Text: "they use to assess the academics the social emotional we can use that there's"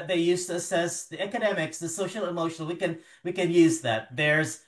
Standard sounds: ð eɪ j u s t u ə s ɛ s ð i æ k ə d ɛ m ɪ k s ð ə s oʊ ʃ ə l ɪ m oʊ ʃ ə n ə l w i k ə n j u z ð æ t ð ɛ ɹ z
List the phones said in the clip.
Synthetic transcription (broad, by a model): ð eɪ j u s t u ə s ɛ s ð i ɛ k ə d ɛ m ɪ k s ð ə s oʊ ʃ l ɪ m oʊ ʃ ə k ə n w i k ə n j u z ð æ t ð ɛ ɹ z